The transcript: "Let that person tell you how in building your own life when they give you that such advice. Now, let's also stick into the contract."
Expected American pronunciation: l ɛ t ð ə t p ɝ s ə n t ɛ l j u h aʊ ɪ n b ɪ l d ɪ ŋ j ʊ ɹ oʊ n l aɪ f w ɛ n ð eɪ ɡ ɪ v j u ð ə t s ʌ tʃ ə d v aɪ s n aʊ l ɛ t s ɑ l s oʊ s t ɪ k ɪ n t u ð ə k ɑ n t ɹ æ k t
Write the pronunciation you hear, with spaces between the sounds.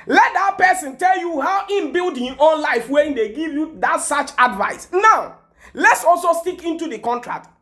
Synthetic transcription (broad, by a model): l ɛ t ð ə t p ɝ s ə n t ɛ l j u h aʊ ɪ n b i l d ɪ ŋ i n oʊ n l aɪ f w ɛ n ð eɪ ɡ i v j u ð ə t s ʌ tʃ ə d v aɪ s n aʊ l ɛ t s ɑ l s oʊ s t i k ɪ n t u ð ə k ɑ n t ɹ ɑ k t